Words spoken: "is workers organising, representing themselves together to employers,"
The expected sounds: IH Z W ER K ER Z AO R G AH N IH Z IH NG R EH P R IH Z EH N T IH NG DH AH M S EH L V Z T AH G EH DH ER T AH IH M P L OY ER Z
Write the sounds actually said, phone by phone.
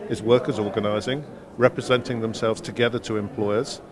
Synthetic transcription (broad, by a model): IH Z W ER K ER Z AO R G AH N IH Z IH NG R EH P R IH Z EH N T IH NG DH AH M S EH L V Z T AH G EH DH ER T AH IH M P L OY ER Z